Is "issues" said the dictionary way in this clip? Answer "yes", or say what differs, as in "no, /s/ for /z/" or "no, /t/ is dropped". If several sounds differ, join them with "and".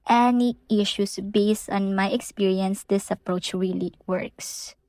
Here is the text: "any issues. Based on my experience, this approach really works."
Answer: no, /s/ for /z/